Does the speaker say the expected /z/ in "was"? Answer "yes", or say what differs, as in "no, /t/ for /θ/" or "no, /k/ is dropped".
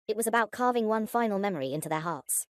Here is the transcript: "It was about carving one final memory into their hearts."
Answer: yes